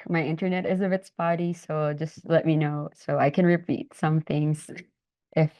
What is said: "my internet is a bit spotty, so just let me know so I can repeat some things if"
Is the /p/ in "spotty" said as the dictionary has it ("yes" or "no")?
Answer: no